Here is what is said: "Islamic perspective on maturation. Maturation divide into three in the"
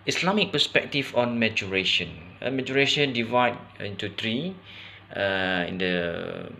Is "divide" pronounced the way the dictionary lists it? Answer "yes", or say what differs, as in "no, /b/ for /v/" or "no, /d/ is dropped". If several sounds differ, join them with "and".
yes